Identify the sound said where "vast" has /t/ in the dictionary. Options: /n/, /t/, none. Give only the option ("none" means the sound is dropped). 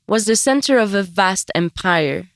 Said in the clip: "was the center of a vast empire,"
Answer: /t/